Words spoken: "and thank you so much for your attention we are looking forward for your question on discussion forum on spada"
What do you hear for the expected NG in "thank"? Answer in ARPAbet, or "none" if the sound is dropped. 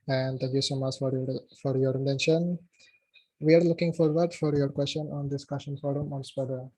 none